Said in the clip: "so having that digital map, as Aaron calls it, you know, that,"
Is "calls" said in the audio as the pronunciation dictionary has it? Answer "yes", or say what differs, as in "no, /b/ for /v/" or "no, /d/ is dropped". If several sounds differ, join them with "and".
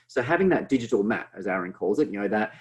yes